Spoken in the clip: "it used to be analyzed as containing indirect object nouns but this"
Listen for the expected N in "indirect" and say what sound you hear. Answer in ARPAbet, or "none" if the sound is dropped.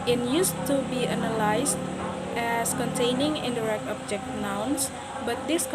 N